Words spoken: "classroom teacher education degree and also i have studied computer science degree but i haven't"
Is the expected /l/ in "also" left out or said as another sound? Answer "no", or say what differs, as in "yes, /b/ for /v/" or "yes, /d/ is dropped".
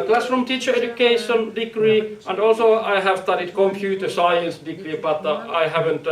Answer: no